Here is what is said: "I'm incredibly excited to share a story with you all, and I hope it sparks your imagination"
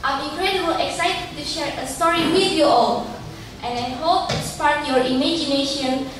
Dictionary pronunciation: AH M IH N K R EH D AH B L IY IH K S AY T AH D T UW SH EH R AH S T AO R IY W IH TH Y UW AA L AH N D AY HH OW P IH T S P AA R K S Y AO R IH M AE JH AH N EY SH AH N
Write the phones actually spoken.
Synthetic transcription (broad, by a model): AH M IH K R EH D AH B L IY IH K S AY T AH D T UW SH EH R AH S T AO R IY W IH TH Y UW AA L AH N AY HH OW P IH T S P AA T Y AO R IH M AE JH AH N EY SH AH N